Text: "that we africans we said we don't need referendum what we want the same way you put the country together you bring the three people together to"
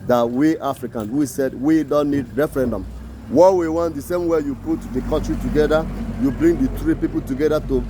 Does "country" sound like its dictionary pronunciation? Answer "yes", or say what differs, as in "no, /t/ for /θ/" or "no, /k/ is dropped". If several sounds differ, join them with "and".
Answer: no, /n/ is dropped